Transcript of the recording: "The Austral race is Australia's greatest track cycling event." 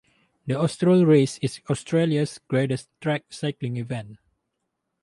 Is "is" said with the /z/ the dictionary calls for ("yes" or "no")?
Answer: no